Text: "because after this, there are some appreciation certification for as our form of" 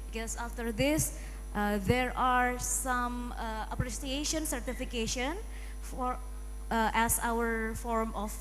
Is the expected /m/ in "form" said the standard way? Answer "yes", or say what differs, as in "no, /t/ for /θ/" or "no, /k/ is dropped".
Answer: yes